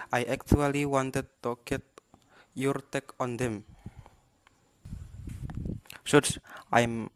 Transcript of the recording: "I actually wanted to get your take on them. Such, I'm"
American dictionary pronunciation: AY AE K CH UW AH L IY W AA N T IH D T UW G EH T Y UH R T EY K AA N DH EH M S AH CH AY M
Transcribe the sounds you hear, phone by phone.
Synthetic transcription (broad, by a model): AY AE K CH UW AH L IY W AA N T IH D T UW G EH T Y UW R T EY K AA N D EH M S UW S AY M